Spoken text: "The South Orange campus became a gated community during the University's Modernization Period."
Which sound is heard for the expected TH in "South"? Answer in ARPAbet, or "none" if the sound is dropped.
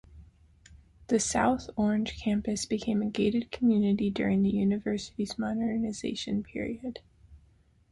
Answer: TH